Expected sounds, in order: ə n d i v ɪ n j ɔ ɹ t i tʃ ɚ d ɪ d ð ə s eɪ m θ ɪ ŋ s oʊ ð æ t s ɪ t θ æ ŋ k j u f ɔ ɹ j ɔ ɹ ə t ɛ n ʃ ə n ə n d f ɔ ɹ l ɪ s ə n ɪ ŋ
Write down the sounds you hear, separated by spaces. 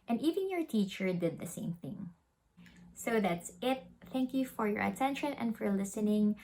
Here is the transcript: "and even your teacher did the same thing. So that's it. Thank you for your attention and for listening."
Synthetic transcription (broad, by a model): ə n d i v ɪ n j ɔ ɹ t i tʃ ɚ d ɪ d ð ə s eɪ m θ ɪ ŋ s oʊ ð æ t s ɪ t θ æ ŋ k j u f ɔ ɹ j ɔ ɹ ə t ɛ n ʃ ə n ə n d f ɔ ɹ l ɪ s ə n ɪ ŋ